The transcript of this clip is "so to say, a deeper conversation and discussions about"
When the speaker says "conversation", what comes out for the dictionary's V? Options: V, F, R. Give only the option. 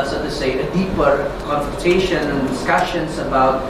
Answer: F